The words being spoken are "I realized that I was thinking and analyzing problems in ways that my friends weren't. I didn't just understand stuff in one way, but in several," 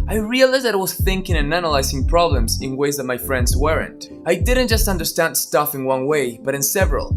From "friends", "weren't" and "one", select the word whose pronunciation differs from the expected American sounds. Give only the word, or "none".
none